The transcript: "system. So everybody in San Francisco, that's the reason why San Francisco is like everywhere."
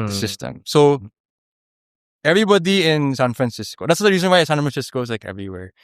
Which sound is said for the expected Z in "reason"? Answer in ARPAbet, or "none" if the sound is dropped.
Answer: Z